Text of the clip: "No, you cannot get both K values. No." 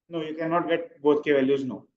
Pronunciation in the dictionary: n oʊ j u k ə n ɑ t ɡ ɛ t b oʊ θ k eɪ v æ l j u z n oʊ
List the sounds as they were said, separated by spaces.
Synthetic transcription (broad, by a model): n oʊ j u k ə n ɑ t ɡ ɛ t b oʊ t k eɪ v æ l j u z n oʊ